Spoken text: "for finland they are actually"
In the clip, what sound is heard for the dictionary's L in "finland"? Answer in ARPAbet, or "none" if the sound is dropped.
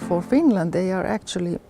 L